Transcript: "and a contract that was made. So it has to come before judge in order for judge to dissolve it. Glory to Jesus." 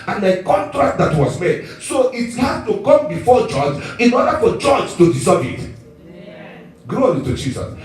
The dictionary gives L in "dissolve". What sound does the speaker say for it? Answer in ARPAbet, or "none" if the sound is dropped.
none